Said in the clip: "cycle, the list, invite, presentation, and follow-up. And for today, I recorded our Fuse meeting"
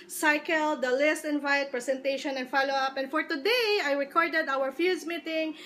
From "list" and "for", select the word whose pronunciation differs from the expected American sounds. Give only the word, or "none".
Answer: none